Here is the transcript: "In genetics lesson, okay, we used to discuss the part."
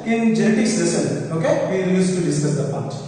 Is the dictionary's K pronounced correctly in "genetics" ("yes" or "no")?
no